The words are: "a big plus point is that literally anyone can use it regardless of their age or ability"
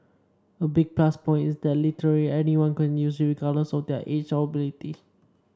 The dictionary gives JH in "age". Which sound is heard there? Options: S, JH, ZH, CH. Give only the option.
CH